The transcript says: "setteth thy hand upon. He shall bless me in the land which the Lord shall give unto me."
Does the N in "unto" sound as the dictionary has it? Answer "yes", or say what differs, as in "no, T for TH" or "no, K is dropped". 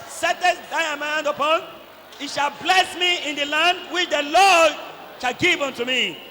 yes